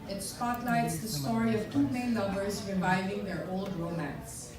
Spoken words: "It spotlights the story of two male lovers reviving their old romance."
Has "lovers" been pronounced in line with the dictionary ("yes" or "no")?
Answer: no